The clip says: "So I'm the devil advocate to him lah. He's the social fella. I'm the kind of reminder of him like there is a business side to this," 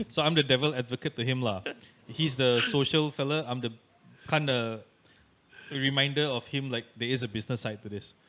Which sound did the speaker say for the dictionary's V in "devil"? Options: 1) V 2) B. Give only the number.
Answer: 1